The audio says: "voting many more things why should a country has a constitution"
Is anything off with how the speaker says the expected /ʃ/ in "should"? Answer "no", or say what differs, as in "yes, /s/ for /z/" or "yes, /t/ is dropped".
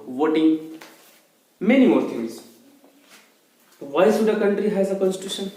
yes, /s/ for /ʃ/